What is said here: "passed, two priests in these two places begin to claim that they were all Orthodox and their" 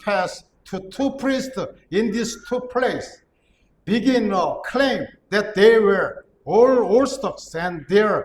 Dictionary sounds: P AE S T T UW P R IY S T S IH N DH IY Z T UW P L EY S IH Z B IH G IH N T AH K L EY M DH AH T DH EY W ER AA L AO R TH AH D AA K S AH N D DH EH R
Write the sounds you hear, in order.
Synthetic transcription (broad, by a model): P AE S T T UW P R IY S T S IH N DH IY S T UW P L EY IH S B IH G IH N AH K L EY M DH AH T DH EY W ER AA L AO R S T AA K S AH N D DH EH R